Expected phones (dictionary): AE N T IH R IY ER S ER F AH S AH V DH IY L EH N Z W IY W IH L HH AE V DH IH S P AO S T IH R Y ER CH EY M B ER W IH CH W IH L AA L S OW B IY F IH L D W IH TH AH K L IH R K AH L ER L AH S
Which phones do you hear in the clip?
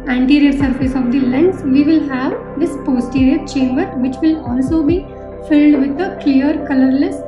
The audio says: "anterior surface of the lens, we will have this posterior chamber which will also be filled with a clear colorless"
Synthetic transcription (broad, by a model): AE N T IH R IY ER S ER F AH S AH V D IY L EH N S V IY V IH L HH AE V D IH S P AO S T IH R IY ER CH EY M B ER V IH CH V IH L AA L S OW B IY F IH L D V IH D AH K L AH R K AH L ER L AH S